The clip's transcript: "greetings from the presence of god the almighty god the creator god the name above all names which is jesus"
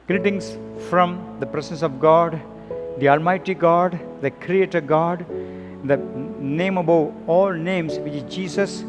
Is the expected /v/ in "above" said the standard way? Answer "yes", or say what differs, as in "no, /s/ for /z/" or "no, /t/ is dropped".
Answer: no, /v/ is dropped